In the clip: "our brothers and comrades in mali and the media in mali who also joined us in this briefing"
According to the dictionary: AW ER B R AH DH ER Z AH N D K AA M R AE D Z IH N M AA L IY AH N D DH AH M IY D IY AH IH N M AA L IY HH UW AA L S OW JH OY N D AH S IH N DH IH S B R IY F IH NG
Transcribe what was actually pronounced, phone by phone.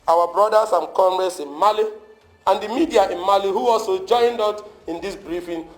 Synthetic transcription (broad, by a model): AW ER B R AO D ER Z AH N K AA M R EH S IH N M AA L IY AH N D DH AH M IY D IY AH IH N M AA L IY HH UW AA L S OW JH OY N D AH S IH N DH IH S B R IY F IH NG